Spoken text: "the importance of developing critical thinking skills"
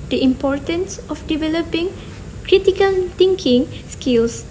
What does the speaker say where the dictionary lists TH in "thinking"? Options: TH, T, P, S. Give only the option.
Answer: T